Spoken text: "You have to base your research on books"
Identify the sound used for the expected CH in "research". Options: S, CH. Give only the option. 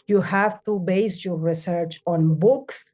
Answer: CH